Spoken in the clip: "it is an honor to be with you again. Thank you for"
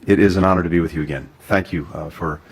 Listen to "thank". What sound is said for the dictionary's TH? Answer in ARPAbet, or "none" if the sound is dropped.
TH